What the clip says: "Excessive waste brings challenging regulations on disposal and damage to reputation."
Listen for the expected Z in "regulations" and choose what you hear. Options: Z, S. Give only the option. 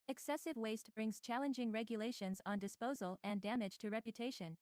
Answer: Z